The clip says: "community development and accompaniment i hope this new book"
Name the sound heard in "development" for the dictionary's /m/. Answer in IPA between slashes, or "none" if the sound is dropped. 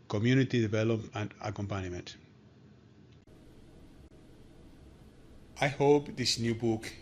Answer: none